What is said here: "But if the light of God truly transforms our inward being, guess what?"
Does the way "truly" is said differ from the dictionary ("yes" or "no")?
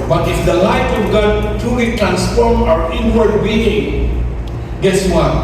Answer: yes